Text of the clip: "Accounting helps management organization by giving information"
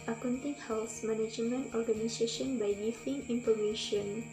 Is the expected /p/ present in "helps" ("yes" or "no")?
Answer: no